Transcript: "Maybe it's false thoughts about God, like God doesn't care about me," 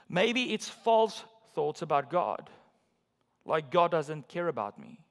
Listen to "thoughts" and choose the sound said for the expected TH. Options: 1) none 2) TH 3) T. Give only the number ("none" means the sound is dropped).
2